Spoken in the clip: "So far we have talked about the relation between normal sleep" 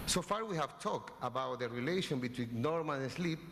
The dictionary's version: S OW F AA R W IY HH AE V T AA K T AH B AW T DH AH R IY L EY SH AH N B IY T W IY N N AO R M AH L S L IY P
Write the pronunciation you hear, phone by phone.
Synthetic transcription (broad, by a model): S OW F AA R W IY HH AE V T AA K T AH B AW T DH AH R IY L EY SH AH N B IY T W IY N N AO R M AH N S L IY P